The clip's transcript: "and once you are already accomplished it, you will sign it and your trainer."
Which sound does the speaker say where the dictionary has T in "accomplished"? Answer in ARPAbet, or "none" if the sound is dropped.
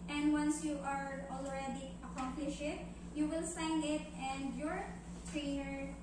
none